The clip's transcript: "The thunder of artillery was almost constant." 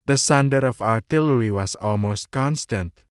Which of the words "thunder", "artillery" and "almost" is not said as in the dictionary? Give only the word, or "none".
thunder